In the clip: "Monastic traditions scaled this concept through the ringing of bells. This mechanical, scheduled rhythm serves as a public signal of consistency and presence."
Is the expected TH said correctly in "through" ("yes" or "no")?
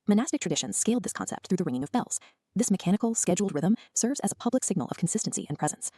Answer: yes